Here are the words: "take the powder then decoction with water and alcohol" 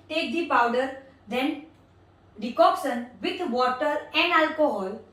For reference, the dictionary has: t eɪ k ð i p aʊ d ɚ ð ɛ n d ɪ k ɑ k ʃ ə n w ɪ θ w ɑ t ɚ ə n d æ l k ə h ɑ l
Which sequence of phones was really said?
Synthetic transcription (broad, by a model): t eɪ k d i p aʊ d ɚ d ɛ n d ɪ k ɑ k s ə n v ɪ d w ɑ t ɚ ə n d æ l k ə h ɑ l